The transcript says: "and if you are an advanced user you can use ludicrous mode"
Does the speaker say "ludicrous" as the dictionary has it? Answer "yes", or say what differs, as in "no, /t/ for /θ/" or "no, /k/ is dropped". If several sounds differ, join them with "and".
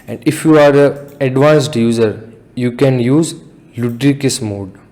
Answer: no, /ɹ/ is dropped